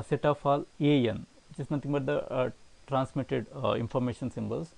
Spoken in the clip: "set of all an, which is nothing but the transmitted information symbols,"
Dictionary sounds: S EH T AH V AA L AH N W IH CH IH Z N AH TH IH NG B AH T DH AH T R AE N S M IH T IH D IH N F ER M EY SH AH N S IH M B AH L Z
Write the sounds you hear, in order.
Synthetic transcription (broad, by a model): S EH T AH P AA L AH N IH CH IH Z N AH T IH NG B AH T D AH T R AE N S M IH T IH D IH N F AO M EY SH AH N S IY M B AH L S